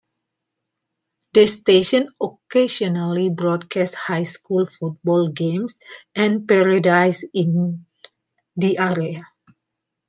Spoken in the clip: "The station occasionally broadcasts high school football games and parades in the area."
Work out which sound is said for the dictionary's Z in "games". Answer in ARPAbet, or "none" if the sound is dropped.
S